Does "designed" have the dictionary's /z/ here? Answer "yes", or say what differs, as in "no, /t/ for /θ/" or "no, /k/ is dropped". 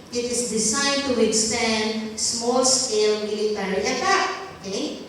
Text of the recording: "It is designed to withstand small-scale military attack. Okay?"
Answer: no, /s/ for /z/